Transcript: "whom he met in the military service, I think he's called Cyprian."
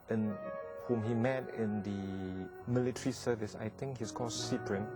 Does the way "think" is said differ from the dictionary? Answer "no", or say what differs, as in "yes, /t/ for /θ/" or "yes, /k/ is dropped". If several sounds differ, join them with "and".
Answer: yes, /t/ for /θ/